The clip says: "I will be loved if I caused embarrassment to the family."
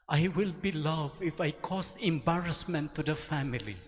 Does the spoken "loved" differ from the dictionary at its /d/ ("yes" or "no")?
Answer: yes